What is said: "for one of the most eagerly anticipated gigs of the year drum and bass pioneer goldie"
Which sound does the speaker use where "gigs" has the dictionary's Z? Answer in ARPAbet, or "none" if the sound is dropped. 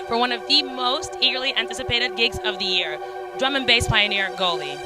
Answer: Z